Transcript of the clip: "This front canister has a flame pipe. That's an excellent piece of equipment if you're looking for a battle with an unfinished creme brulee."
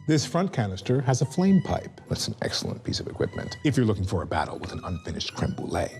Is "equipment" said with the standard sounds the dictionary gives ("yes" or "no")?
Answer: yes